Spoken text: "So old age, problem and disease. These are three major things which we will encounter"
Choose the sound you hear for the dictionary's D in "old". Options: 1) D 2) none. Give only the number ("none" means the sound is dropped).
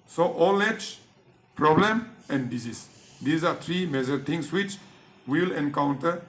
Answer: 2